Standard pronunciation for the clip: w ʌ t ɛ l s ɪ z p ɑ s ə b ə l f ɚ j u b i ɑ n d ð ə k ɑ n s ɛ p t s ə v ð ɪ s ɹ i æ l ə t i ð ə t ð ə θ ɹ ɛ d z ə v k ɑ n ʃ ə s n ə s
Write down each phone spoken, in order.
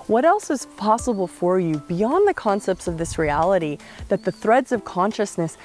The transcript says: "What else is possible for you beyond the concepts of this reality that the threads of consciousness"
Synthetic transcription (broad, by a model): w ʌ t ɛ l s ɪ z p ɑ s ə b l f ɚ j u b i ɑ n ð ə k ɑ n s ɛ p t s ə v ð ɪ s ɹ i æ l ə t i ð ə t ð ə θ ɹ ɛ d z ə v k ɑ n ʃ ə s n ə s